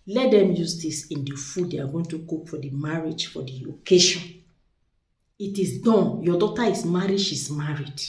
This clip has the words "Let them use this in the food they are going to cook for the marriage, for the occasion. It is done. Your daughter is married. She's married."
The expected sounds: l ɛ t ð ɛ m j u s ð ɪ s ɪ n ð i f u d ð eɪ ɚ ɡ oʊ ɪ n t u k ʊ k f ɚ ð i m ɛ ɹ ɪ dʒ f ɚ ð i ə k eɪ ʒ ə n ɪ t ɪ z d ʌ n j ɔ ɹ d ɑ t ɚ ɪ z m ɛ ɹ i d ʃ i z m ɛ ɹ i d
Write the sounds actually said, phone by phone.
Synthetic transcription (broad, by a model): l ɛ t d ɛ m j u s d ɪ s ɪ n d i f u d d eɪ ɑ ɡ oʊ ɪ n t u k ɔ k f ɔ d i m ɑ ɹ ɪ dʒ f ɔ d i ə k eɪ ʃ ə n ɪ t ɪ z d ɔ n j ɔ d ɑ t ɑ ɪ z m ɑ ɹ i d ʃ i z m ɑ ɹ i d